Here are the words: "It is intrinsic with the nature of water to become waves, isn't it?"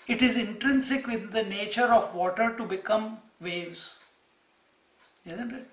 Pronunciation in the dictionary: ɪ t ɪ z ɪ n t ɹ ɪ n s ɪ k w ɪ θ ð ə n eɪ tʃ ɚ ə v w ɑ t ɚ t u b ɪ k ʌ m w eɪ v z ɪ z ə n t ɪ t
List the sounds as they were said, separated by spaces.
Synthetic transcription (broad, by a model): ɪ t ɪ z ɪ n t ɹ ɪ n s ɪ k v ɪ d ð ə n eɪ tʃ ɚ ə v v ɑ t ɚ t u b ɪ k ʌ m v eɪ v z ɪ z ə n t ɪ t